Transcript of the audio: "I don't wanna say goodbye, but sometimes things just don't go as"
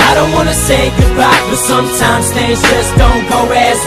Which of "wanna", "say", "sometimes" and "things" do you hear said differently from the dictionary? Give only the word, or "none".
things